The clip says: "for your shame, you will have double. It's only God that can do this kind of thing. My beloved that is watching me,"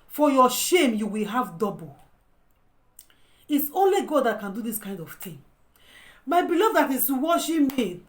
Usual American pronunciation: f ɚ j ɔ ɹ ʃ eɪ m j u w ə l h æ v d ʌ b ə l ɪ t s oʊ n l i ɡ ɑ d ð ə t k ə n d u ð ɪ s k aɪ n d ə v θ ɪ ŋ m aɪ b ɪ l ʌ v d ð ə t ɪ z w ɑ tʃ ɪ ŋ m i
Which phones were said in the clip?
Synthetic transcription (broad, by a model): f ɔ j ɔ ʃ eɪ m j u w ə l h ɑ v d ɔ b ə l ɪ t s oʊ n l i ɡ ɑ d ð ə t k ə n d u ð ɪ s k aɪ n d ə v t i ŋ m aɪ b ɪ l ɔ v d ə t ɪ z w ɑ ʃ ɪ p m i